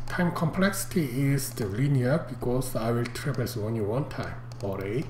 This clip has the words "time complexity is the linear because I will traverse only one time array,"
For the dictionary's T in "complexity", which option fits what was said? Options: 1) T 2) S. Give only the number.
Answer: 1